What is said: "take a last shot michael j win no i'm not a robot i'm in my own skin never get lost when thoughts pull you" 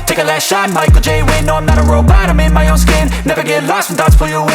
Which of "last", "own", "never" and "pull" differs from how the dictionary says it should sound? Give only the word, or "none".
pull